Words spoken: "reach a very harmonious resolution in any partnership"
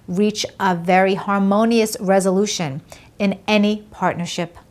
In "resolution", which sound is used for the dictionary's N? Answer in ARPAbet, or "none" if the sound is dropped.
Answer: N